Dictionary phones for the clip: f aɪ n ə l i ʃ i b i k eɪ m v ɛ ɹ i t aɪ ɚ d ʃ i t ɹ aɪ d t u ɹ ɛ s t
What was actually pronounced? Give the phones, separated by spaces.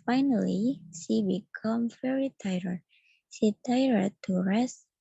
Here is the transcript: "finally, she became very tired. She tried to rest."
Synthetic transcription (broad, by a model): f aɪ n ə l i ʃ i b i k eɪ m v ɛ ɹ i t aɪ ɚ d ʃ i t aɪ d t u ɹ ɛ s